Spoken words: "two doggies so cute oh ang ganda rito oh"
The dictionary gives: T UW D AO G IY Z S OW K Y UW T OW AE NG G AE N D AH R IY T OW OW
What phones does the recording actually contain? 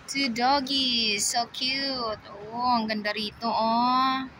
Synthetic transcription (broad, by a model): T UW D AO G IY S OW K Y UW T OW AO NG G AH N D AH R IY T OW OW